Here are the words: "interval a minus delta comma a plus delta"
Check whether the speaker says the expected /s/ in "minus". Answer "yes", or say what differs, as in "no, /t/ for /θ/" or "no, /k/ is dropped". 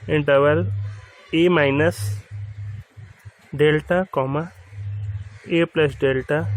yes